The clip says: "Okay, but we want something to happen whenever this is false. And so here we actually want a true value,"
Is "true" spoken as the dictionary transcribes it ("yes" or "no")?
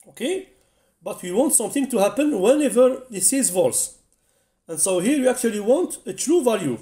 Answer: yes